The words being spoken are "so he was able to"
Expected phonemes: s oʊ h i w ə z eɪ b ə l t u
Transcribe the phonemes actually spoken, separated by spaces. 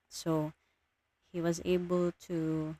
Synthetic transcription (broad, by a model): s oʊ h i w ə z eɪ b ə l t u